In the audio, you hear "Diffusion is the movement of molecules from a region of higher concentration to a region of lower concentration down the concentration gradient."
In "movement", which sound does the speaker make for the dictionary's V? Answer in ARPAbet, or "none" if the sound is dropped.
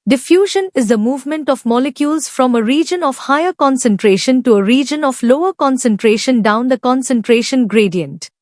V